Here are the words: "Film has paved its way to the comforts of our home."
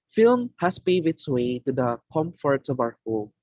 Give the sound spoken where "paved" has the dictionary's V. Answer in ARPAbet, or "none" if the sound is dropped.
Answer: none